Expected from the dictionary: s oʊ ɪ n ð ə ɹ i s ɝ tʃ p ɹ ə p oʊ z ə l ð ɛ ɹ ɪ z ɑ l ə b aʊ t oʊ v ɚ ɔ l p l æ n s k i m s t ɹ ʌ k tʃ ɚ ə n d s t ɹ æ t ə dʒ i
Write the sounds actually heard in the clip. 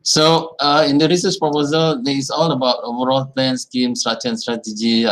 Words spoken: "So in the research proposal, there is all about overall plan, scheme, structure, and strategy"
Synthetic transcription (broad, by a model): s oʊ ɪ n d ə ɹ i s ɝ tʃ p ɹ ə p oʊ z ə l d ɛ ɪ s ɑ l ə b aʊ t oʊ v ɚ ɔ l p l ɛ n s k i m s t ɹ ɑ tʃ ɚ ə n s t ɹ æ t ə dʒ i